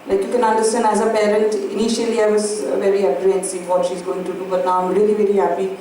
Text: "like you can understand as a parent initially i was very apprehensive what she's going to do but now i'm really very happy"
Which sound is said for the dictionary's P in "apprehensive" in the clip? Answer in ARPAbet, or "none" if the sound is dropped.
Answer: none